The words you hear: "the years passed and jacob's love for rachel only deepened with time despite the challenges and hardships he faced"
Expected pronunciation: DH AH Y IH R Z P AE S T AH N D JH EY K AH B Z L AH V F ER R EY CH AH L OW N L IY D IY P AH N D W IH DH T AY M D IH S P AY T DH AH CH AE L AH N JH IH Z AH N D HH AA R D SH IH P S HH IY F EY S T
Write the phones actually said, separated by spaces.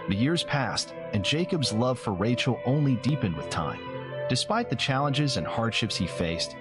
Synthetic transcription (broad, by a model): DH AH Y IH R Z P AE S T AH N JH EY K AH B Z L AH V F ER R EY CH L OW N L IY D IY P AH N D W IH DH T AY M D IH S P AY T DH AH CH AE L AH N JH IH Z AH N HH AA R D SH IH P S HH IY F EY S T